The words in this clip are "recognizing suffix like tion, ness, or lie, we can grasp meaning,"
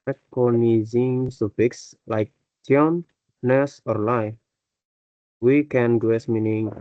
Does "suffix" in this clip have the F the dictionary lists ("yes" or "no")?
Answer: no